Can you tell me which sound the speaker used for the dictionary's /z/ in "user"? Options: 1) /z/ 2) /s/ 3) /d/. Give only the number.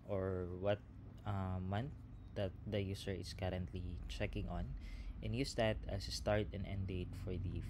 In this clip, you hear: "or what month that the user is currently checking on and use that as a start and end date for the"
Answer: 2